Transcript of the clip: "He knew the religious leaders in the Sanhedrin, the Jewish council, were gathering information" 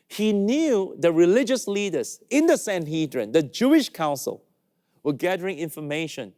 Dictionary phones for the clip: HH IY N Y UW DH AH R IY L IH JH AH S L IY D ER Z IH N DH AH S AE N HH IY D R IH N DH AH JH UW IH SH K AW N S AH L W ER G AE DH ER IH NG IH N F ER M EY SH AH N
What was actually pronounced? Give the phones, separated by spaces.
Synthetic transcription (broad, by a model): HH IY N Y UW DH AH R IY L IH JH AH S L IY D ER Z IH N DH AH S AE N HH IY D R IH N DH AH JH UW IH SH K AW N S AH L W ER G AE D ER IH NG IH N F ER M EY SH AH N